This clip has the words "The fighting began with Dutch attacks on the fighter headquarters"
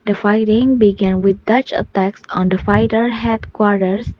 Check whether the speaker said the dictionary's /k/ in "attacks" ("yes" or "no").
yes